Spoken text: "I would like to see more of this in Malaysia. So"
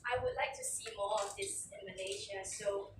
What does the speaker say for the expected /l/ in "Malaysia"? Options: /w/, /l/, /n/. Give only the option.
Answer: /n/